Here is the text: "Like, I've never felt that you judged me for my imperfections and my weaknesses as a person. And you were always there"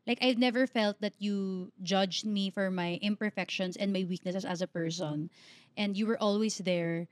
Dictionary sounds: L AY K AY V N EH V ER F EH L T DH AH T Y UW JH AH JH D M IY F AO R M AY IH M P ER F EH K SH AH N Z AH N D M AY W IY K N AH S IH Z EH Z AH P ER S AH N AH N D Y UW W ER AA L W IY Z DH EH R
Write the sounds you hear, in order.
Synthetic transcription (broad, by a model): L AY K AY V N EH V ER F EH L T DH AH T Y UW JH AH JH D M IY F AO R M AY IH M P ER F EH K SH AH N S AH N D M AY W IY K N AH S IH S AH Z AH P ER S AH N AH N D Y UW W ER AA L W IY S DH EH R